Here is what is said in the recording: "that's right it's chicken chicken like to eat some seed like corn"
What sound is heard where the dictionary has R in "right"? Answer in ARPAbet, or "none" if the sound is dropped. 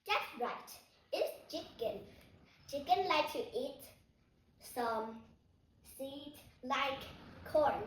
R